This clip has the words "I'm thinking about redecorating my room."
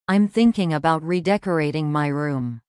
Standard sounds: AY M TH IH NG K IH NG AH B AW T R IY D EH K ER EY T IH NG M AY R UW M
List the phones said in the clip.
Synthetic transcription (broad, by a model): AY M TH IH NG K IH NG AH B AW T R IY D EH K ER EY T IH NG M AY R UW M